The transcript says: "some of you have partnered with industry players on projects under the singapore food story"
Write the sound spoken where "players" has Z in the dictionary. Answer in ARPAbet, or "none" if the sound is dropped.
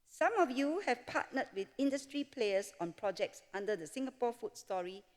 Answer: S